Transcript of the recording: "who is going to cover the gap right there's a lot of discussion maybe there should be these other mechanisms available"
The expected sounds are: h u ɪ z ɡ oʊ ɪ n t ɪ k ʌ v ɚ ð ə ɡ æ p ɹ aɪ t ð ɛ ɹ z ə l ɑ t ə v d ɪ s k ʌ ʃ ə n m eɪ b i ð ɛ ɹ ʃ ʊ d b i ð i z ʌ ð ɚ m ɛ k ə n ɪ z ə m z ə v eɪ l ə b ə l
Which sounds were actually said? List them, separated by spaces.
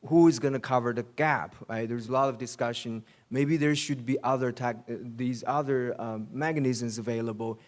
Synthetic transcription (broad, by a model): h u ɪ z ɡ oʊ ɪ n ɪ k ʌ v ɚ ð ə ɡ æ p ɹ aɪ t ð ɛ ɹ z ə l ɑ t ə v d ɪ s k ʌ ʃ ə n m eɪ b i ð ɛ ɹ ʃ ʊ d b i ð i z ʌ ð ɚ m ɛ k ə n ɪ z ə m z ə v eɪ l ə b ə l